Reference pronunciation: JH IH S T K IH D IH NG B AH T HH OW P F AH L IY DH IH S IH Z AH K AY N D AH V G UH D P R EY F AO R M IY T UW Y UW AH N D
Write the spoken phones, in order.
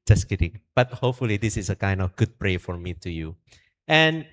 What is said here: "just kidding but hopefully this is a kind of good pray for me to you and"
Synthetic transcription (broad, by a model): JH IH S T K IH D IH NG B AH T HH OW P F AH L IY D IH S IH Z AH K AY N D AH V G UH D P R EY F AO R M IY T UW Y UW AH N